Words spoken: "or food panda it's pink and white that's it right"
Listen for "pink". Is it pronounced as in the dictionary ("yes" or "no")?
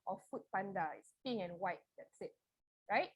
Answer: no